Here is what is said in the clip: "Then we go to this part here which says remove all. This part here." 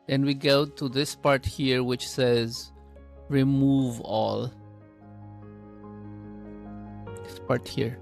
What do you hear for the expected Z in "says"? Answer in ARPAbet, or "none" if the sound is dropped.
Z